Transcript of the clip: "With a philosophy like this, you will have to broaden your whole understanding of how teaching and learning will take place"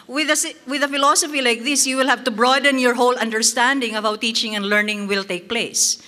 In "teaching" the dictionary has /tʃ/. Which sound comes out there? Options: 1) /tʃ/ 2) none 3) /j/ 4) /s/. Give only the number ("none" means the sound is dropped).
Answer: 1